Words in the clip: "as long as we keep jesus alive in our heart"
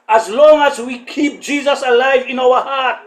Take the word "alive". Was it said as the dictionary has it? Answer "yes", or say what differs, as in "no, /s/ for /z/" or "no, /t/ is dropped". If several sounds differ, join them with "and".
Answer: yes